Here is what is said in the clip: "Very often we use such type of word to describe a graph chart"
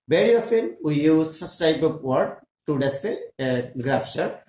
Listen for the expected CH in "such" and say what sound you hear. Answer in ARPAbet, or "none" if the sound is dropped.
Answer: S